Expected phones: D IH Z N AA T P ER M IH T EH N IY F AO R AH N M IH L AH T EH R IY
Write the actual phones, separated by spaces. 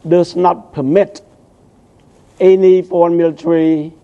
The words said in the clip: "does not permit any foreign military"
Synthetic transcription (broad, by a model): D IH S N AA T P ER M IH T EH N IY P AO AH N M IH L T R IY